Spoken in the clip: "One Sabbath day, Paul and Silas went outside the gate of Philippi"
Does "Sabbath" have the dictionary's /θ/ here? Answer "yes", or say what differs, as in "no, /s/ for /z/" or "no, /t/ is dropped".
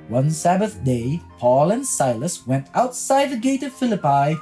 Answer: yes